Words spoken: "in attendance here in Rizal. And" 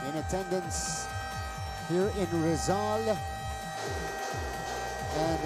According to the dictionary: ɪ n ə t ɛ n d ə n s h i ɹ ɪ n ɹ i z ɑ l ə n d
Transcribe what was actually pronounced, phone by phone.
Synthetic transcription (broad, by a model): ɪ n ə t ɛ n d ə n s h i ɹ ɪ n ɹ i z ɑ l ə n